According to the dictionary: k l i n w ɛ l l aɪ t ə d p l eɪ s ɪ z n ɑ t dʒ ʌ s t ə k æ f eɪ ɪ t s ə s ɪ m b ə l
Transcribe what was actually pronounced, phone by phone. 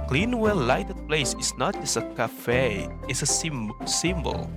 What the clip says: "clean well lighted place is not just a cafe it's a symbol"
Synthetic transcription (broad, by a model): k l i n w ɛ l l aɪ t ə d p l eɪ s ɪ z n ɑ t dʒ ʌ s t ə k æ f eɪ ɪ s s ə s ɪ m b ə l